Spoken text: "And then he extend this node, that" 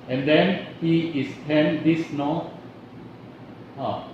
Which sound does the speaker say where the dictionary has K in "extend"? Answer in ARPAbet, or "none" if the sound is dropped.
none